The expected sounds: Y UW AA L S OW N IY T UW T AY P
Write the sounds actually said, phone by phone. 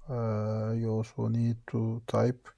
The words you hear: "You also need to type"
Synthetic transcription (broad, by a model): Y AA S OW N IY T UW T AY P